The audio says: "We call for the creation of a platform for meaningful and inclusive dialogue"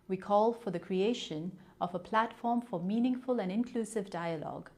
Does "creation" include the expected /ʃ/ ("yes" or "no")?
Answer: yes